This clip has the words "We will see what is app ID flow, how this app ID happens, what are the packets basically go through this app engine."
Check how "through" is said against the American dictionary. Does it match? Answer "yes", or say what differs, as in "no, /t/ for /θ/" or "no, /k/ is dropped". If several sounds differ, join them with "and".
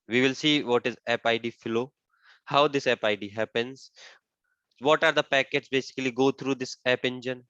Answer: no, /t/ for /θ/